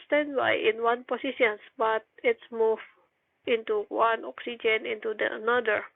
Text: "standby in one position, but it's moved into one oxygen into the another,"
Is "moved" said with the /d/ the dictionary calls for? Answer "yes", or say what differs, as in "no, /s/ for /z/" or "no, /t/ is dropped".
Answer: no, /d/ is dropped